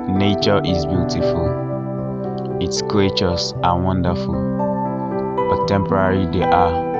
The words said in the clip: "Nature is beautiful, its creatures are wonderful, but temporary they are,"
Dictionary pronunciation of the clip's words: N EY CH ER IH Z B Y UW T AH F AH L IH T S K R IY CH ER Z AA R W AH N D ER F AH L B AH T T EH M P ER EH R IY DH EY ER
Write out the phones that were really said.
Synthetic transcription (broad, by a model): N EY CH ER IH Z B Y UW T AH F AH L IH T S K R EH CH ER S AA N W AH N D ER F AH L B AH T T EH M P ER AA R IY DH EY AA